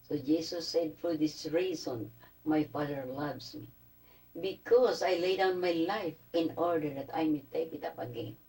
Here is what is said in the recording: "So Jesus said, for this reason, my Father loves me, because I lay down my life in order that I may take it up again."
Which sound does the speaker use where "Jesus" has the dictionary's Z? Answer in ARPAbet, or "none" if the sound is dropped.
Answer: S